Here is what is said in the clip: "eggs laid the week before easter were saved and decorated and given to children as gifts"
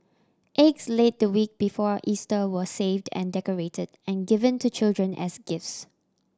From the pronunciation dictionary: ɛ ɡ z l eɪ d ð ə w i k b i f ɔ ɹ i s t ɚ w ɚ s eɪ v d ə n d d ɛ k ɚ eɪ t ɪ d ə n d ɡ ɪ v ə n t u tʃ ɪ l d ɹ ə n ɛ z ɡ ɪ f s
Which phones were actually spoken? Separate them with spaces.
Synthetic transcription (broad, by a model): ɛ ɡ s l eɪ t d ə w i k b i f ɔ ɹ i s t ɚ w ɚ s eɪ v d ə n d d ɛ k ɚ eɪ t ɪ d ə n ɡ ɪ v ə n t u tʃ ɪ l d ɹ ə n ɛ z ɡ ɪ f s